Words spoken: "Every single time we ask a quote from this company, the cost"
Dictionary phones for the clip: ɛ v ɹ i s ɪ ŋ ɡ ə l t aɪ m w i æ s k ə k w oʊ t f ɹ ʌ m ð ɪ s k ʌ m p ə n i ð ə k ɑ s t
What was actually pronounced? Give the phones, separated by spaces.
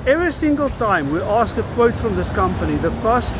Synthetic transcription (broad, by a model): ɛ v ɹ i s ɪ ŋ ɡ ə l t aɪ m w i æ s k ə k w oʊ t f ɹ ʌ m ð ɪ s k ʌ m p ə n i ð ə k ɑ s